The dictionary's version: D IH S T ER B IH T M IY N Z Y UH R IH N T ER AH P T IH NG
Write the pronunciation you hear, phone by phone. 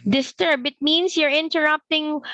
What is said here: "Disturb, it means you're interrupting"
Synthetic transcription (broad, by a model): D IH S T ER B IH T M IY N S Y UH R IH N T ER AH P T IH NG